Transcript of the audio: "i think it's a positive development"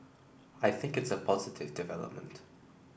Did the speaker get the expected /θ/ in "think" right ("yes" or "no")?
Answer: yes